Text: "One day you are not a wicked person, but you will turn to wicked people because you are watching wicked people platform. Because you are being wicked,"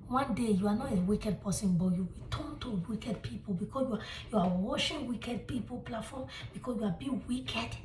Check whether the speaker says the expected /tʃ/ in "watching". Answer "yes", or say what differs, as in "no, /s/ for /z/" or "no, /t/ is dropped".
no, /ʃ/ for /tʃ/